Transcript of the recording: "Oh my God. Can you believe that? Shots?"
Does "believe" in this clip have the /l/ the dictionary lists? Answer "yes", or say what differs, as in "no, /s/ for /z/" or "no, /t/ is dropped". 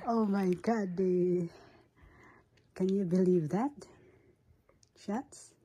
yes